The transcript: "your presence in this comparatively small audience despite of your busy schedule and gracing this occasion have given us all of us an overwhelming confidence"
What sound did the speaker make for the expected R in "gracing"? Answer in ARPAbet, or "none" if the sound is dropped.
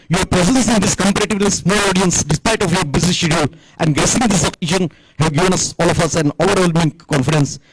none